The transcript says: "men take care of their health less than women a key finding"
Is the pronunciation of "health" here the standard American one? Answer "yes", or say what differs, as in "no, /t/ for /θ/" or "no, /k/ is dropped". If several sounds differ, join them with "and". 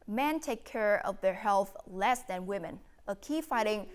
yes